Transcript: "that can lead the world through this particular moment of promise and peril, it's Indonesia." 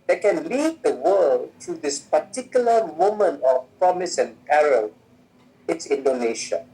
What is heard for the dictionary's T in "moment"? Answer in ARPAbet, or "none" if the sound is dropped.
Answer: none